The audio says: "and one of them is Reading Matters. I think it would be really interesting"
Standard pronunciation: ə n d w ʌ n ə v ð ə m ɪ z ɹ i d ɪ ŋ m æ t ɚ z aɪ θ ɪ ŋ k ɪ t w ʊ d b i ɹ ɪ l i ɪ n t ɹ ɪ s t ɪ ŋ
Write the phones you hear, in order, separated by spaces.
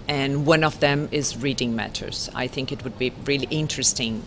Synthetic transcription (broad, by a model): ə n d w ʌ n ə v ð ə m ɪ z ɹ i d ɪ ŋ m æ t ɚ z aɪ θ ɪ ŋ k ɪ t w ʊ d b i ɹ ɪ l i ɪ n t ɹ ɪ s t ɪ ŋ